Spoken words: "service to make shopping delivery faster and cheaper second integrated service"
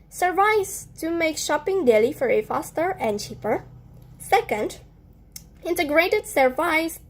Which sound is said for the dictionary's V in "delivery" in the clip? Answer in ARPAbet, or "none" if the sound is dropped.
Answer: F